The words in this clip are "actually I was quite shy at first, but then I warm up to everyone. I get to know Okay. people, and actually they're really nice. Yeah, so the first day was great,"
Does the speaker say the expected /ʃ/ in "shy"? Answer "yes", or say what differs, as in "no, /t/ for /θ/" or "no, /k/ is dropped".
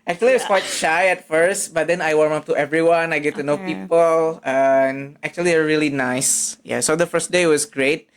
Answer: yes